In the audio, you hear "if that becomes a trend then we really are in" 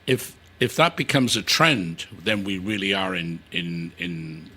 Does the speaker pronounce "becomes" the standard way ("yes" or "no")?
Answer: yes